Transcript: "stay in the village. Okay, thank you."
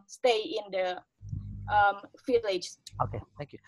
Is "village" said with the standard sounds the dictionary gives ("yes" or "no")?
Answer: no